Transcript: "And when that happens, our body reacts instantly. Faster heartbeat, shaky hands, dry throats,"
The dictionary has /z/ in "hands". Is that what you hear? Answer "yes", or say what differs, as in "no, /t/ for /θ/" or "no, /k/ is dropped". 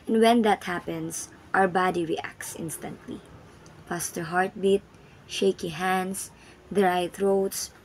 no, /s/ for /z/